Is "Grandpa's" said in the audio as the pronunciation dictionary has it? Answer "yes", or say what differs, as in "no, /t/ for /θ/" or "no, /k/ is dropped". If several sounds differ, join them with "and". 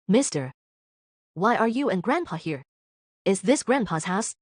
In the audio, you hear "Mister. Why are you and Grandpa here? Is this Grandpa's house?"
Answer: yes